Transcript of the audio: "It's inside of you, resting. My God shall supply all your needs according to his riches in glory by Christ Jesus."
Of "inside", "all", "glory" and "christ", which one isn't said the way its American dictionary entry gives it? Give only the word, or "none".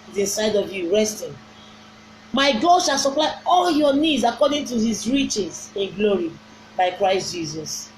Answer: inside